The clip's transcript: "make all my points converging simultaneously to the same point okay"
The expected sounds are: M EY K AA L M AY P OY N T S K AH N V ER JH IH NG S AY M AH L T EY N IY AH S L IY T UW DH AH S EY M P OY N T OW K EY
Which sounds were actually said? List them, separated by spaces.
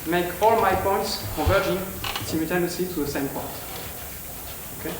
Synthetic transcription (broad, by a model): M EY K AA L M AY P OY N T S K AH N V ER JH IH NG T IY M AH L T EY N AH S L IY T UW DH AH S EY M P OY N T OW K EY